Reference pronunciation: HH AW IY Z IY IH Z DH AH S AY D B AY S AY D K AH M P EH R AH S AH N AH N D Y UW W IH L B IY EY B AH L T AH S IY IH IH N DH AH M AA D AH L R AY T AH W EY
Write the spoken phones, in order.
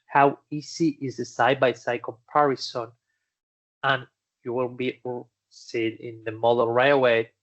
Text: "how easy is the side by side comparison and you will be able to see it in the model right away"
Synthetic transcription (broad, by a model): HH AW IY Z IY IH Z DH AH S AY D B AY S AY K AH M P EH R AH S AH N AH N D Y UW W IH L B IY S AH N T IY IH IH N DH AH M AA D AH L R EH AH W EY